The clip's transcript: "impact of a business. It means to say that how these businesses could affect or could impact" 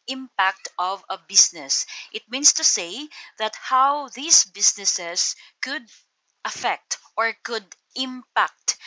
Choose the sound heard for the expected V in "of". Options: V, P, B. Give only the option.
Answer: V